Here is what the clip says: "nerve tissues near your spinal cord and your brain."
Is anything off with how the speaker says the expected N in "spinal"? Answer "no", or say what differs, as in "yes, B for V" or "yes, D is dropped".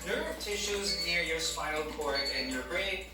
yes, N is dropped